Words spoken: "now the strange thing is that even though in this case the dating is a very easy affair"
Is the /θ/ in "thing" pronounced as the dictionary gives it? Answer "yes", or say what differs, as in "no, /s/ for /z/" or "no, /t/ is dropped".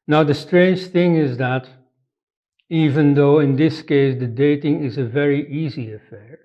yes